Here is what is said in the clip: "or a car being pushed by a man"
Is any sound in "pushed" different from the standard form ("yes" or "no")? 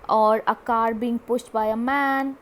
yes